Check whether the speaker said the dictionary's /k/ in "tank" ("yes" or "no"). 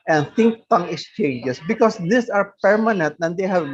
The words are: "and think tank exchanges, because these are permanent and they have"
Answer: no